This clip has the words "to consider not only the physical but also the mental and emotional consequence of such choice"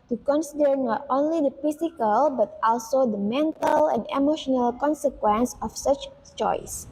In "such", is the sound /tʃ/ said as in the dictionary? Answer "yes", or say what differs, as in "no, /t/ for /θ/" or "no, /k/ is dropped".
yes